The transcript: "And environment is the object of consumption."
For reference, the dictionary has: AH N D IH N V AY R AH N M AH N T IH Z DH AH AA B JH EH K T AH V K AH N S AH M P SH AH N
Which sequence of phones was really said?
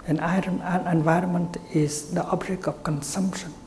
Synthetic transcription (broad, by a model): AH N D IH N V AY R AH N M AH N T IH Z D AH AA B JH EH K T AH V K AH N S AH M P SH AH N